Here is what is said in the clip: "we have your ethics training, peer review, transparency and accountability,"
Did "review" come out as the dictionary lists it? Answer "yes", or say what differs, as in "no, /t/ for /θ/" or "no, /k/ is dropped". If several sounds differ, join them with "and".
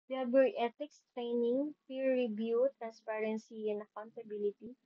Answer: no, /b/ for /v/